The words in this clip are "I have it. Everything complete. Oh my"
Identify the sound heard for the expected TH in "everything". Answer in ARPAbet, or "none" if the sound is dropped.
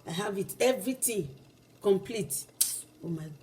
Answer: T